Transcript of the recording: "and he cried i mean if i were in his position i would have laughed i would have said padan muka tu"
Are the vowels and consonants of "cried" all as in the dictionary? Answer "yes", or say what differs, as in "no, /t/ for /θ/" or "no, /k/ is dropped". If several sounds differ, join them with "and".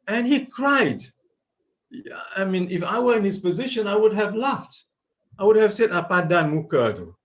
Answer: yes